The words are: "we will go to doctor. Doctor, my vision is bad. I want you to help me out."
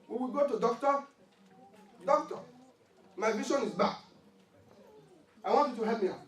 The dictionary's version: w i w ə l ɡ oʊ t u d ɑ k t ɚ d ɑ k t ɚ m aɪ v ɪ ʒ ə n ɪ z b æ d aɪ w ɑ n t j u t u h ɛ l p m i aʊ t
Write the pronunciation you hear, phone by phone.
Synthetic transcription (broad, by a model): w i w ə ɡ oʊ t u d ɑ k t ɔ d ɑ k t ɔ m aɪ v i ʃ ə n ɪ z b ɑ aɪ w ɑ n t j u t u h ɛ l m i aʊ